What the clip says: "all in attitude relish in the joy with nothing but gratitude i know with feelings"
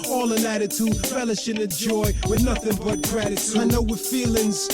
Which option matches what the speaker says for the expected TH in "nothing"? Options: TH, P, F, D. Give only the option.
TH